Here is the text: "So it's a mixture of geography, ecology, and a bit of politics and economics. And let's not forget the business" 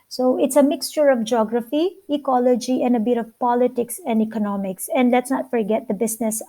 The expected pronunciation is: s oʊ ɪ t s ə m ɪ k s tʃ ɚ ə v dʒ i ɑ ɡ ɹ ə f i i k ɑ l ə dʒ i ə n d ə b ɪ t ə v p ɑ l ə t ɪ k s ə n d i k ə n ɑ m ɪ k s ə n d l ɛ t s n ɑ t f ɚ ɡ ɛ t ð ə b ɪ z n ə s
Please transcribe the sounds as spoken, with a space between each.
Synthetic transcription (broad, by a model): s oʊ ɪ t s ə m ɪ k s tʃ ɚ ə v dʒ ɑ ɡ ɹ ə f i i k ɑ l ə dʒ i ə n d ə b ɪ t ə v p ɑ l ə t ɪ k s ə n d i k ə n ɑ m ɪ k s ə n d l ɛ t s n ɑ t f ɚ ɡ ɛ t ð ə b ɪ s n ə s